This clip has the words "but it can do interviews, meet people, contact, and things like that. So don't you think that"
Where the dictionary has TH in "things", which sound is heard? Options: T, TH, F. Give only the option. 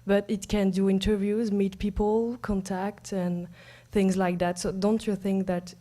TH